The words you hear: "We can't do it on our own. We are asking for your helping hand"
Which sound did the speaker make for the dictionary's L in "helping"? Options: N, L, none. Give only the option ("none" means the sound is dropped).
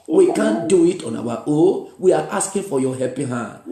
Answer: none